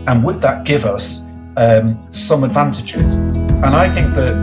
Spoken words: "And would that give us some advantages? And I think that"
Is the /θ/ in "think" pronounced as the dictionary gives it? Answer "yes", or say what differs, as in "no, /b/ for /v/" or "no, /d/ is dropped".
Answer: yes